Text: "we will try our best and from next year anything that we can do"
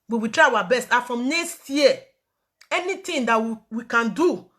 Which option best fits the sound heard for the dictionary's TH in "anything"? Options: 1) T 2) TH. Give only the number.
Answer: 1